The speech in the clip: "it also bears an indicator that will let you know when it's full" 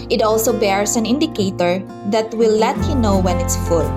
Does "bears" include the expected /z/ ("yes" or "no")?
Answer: no